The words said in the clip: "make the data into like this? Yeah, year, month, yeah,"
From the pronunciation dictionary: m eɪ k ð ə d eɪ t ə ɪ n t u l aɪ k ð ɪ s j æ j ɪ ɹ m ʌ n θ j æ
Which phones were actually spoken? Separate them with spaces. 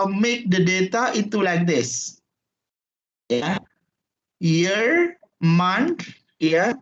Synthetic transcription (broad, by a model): m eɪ k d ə d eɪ t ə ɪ t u l aɪ k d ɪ s j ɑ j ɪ ɹ m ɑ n t j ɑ